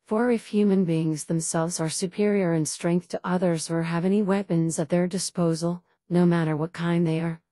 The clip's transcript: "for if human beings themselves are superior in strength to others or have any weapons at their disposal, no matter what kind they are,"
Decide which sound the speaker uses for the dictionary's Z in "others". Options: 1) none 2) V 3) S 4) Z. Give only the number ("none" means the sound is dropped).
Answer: 4